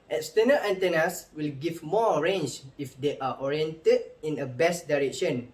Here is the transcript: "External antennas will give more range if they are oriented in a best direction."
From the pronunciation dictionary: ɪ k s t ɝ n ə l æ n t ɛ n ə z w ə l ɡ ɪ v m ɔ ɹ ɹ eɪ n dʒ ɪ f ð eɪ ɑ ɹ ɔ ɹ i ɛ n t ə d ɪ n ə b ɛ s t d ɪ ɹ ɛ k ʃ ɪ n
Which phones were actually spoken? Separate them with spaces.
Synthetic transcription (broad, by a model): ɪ k s t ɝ n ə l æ n t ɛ n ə s w ə l ɡ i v m ɔ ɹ ɹ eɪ n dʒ ɪ f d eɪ ɑ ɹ ɔ ɹ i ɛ n t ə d ɪ n ə b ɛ s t d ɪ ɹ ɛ k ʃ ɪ n